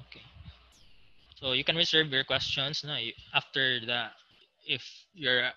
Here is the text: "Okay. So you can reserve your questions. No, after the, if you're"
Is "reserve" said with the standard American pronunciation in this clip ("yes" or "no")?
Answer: no